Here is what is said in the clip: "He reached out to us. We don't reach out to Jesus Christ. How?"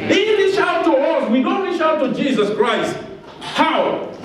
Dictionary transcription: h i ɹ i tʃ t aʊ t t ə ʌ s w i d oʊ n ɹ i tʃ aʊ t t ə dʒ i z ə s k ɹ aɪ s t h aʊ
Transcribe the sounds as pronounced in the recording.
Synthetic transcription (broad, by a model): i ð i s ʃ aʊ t t ə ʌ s w i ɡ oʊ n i ʃ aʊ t t ə dʒ i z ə s k ɹ aɪ s t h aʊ